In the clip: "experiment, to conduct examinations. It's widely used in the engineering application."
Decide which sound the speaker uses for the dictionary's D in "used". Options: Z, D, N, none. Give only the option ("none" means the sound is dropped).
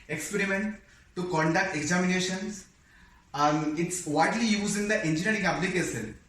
none